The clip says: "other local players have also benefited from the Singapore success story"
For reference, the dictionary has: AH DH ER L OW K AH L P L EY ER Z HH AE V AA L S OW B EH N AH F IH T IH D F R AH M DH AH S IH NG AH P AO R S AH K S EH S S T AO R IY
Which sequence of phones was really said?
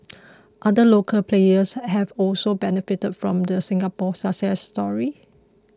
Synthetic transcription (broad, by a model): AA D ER L OW K AH L P L EY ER S HH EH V AA L S OW B EH N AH F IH T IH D F R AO M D AH S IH NG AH P AO S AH S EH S S T AO R IY